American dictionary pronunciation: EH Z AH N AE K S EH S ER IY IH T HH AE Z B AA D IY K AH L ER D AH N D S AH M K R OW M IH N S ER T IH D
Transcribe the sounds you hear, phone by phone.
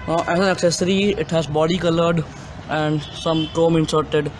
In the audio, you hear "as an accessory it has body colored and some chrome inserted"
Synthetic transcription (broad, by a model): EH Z AH N AE K S EH S ER IY IH T HH AE Z B AA D IY K AH L ER D AH N D S AH M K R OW M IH N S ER T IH D